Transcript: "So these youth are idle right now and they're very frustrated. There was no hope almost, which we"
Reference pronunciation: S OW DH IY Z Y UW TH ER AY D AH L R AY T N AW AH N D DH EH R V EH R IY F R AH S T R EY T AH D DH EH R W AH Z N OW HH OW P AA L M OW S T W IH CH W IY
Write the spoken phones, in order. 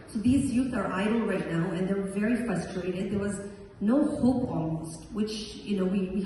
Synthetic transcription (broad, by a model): S OW DH IY Z Y UW TH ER AY D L R AY T N AW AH N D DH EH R V EH R IY F R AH S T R EY T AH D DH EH R W AH Z N OW HH OW P AA L M OW S T W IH CH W IY